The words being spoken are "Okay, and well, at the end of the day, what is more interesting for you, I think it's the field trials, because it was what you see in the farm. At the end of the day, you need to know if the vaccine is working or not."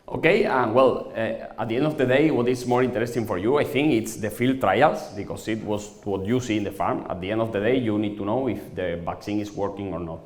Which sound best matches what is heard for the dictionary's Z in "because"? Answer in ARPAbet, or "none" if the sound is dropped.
S